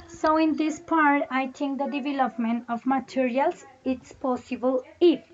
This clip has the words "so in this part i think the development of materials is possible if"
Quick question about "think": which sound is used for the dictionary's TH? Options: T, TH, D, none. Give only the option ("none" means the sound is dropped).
T